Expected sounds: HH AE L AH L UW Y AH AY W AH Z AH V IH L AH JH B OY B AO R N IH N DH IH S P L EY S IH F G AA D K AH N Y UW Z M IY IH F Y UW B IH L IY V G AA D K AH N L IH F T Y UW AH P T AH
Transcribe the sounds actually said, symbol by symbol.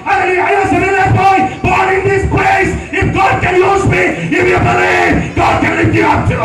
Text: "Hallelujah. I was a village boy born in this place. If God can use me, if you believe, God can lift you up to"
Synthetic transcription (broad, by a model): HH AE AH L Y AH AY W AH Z AH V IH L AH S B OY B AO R IH N DH IH S P L EY S IH F G AA D K AH N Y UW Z M IY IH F Y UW B IH L IY V G AA D K AH N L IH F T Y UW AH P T